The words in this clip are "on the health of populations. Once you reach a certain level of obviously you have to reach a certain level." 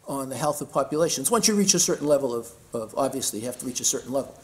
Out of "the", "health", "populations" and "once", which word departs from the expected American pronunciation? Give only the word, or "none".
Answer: none